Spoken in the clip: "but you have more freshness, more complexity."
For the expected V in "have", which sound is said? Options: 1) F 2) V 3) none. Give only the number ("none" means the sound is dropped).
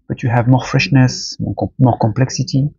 2